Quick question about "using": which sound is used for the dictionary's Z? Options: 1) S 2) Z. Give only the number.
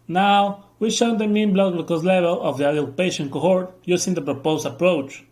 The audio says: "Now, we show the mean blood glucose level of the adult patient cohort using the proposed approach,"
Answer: 1